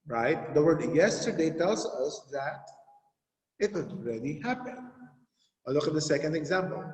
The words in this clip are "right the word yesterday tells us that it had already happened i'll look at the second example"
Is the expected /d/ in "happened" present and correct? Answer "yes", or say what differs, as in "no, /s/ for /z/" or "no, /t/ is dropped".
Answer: no, /d/ is dropped